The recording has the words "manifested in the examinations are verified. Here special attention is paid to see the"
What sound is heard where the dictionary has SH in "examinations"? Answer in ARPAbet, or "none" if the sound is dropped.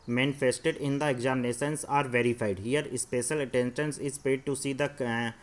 S